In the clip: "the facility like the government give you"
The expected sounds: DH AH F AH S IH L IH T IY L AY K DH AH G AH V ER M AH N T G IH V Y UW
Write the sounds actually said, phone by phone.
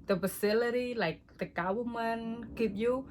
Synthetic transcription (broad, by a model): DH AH F AH S IH L IH T IY L AY K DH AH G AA W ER M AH N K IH P Y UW